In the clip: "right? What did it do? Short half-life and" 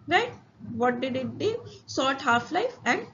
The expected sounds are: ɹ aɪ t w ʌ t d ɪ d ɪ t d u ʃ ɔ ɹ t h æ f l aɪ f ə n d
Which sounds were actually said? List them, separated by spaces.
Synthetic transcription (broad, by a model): ɹ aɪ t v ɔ t d ɪ d ɪ t d u s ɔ t h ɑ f l aɪ f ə n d